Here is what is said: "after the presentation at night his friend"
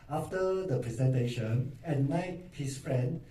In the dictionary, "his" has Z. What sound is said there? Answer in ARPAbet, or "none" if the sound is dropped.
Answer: S